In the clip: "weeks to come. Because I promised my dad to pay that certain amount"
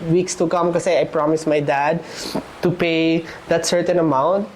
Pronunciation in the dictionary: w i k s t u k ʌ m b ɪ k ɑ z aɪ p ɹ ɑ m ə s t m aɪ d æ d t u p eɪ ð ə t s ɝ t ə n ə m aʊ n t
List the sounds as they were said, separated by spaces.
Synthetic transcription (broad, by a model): w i k s t u k ʌ m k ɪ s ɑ aɪ p ɹ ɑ m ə s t m aɪ d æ d t u p eɪ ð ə t s ɝ t ə n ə m aʊ n t